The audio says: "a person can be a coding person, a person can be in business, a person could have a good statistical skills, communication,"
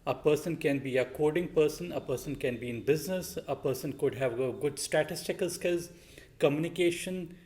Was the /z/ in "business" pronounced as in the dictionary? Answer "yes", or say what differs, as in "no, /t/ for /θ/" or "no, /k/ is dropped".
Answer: yes